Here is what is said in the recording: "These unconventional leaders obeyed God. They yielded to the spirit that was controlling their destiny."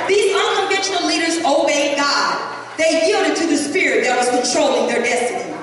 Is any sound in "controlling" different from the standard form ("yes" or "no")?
no